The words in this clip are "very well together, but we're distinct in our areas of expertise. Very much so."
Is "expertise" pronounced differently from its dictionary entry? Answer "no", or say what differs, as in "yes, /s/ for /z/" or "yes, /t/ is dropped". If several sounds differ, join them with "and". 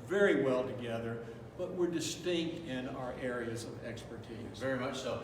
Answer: no